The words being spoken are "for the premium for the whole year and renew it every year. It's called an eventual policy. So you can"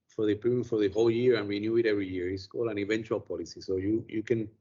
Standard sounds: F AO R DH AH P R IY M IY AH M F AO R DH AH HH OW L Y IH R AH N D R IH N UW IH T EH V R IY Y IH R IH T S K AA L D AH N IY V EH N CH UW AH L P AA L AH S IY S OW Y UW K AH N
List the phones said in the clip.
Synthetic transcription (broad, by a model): F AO R DH AH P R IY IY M F AO R DH AH HH OW L Y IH R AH N R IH N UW IH T EH V R IY Y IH R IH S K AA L AH N IY V EH N CH UW AH L P AA L AH S IY S OW Y UW K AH N